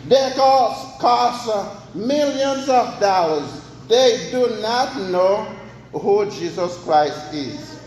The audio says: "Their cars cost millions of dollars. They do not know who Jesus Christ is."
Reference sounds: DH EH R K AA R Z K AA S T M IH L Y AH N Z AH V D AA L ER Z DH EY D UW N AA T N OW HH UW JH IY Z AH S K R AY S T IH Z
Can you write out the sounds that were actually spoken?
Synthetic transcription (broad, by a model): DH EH K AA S K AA S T M IH L Y AH N Z AH V D AA L ER Z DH EY D UW N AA T N OW HH UW JH IY Z AH S K R AY S T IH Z